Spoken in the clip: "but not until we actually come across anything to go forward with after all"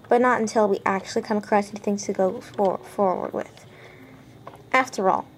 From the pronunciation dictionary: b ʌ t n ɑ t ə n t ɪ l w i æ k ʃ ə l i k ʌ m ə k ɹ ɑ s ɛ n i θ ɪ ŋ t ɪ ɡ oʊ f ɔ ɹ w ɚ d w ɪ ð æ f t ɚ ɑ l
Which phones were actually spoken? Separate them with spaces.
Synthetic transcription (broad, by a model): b ʌ t n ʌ t ə n t ɪ l w i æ k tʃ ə l i k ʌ ə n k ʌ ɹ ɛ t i θ ɪ ŋ t ɪ ɡ oʊ f ɔ ɹ w ɚ d w ɪ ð æ f t ɚ ɑ l